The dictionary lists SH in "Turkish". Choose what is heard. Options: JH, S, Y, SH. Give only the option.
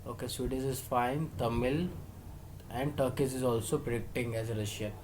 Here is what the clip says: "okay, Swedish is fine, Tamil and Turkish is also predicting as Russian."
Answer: S